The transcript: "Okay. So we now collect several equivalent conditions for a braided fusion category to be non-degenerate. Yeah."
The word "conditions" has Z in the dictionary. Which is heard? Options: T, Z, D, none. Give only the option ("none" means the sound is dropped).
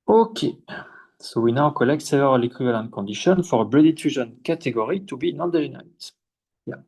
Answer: none